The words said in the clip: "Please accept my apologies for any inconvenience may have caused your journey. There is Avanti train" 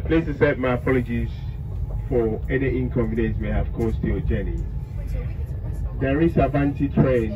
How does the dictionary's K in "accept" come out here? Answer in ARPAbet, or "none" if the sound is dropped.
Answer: none